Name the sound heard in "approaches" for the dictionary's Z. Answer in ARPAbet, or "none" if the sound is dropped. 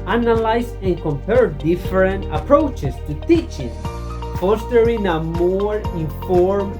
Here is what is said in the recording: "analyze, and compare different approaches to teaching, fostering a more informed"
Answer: S